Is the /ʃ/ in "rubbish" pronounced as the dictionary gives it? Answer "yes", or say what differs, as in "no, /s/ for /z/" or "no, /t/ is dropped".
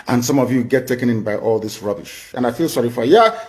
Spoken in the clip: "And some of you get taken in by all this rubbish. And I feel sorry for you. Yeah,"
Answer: yes